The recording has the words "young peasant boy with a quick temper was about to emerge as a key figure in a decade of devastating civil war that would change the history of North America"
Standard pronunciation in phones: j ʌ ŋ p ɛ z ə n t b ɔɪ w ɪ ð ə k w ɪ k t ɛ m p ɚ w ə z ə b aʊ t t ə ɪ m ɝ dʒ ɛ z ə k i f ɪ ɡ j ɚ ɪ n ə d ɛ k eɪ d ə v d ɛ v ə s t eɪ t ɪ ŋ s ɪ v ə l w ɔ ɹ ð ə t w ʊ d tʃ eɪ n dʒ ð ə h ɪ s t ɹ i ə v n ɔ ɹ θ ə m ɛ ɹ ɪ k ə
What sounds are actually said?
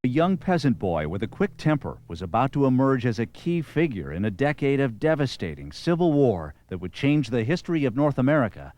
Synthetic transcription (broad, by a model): j ʌ ŋ p ɛ z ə n b ɔɪ w ɪ ð ə k w ɪ k t ɛ m p ɚ w ə z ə b aʊ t t ə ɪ m ɝ dʒ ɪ z ə k i f ɪ ɡ j ɚ ɪ n ə d ɛ k eɪ d ə v d ɛ v ə s t eɪ t ɪ ŋ s ɪ v l w ɔ ɹ ð ə t w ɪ d tʃ eɪ n dʒ ð ə h ɪ s t ɹ i ə v n ɔ ɹ θ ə m ɛ ɹ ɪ k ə